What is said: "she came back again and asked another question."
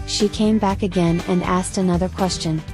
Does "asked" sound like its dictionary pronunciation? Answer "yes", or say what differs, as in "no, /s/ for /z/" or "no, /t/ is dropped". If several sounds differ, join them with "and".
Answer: yes